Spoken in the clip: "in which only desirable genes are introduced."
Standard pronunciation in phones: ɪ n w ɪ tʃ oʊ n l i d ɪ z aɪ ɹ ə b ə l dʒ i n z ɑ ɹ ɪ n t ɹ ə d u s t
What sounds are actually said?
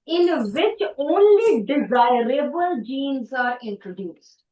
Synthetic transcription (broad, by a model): ɪ n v ɪ tʃ oʊ n l i d ɪ z aɪ ɹ ə b ə l dʒ i n z ɑ ɹ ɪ n t ɹ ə d u s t